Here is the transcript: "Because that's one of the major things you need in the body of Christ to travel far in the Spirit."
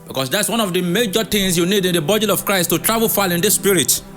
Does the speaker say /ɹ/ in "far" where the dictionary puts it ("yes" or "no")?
no